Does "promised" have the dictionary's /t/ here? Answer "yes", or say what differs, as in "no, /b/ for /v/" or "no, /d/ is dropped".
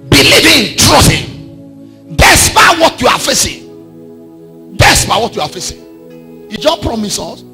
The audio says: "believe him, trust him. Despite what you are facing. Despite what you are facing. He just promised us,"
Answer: no, /t/ is dropped